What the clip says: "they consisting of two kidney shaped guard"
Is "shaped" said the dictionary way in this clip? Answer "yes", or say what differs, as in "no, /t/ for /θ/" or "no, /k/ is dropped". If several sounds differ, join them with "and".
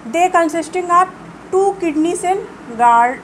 no, /s/ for /ʃ/